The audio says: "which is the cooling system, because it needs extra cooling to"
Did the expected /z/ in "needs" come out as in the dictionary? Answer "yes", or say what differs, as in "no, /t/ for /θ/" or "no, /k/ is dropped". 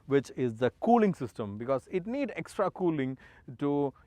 no, /z/ is dropped